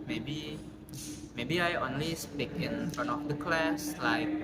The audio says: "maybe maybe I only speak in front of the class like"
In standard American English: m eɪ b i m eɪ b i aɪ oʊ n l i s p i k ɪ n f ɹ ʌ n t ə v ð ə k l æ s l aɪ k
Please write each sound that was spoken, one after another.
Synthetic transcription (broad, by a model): m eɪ b i m eɪ b i aɪ oʊ n l i s p i k ɪ n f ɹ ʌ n ə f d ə k l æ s l aɪ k